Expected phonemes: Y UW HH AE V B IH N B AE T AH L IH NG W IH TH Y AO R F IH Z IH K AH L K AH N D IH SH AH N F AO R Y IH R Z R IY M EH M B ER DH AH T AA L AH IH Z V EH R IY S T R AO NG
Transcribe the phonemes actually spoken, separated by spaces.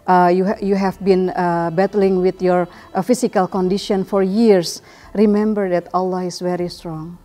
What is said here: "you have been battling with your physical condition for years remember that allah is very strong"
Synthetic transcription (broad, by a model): Y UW HH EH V B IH N B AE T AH L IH NG W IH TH Y AO R F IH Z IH K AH L K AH N D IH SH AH N F AO R Y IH R S R IY M EH M B ER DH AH T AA L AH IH S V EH R IY S T R AO NG